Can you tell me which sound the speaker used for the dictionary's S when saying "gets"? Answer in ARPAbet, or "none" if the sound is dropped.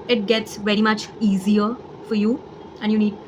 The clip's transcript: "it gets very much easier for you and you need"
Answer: S